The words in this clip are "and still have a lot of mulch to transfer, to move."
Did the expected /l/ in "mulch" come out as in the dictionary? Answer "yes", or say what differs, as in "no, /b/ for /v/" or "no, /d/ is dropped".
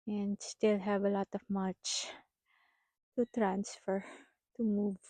no, /l/ is dropped